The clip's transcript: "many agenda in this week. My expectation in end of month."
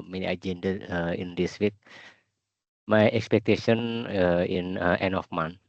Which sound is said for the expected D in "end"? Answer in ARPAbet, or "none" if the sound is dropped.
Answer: none